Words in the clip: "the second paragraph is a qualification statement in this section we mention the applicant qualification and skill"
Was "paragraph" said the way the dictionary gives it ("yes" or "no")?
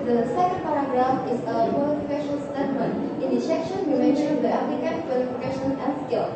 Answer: no